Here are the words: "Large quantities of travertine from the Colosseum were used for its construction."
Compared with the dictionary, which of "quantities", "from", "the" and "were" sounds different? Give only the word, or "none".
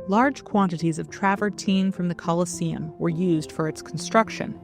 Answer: none